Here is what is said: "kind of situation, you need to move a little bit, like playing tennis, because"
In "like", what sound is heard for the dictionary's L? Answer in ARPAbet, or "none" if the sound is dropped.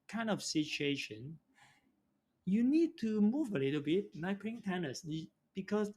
N